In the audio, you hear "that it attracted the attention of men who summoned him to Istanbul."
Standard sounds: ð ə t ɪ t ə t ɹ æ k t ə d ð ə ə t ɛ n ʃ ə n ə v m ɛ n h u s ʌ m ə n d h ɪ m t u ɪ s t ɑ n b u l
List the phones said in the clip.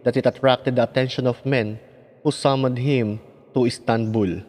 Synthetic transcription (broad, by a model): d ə t ɪ t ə t ɹ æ k t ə d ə ə t ɛ n ʃ ə n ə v m ɛ n h u s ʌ m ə d h ɪ m t u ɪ s t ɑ n b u l